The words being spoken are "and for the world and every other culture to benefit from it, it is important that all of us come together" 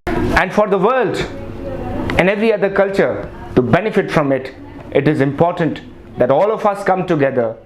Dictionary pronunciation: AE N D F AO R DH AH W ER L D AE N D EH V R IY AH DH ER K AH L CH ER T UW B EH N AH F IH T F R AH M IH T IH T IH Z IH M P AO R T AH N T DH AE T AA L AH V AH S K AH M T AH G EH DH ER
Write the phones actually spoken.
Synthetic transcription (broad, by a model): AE N D F AO R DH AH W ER L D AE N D EH V R IY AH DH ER K AH L CH ER T UW B EH N AH F IH T F R AH M IH T IH T IH Z IH M P AO R T AH N T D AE T AA L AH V AH S K AH M T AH G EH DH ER